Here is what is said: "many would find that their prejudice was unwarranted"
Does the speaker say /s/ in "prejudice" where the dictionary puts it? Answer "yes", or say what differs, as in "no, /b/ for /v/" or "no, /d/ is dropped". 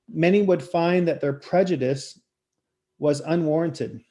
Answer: yes